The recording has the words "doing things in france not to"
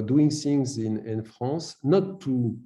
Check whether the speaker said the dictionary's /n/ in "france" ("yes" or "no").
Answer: no